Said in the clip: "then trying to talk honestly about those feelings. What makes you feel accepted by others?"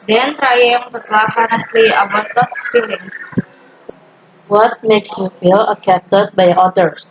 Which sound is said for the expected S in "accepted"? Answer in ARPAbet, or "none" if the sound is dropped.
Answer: none